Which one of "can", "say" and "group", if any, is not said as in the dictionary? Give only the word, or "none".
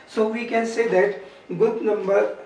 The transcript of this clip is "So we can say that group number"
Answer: group